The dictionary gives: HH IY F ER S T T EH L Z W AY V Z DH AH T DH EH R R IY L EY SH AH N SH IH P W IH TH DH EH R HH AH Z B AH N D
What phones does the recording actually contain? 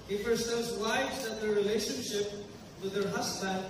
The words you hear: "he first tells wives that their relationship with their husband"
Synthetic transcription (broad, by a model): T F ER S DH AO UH Z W AY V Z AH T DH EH R R IY L EY SH AH N SH IH P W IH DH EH R HH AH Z B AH N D